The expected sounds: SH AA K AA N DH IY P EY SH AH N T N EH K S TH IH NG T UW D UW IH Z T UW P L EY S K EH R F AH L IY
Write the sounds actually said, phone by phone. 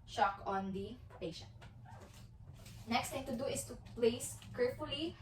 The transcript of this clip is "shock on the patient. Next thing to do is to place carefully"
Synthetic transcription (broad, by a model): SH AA K AA N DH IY P EY SH AH N T N EH K S T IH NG T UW D UW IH S T UW P L EY S K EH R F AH L IY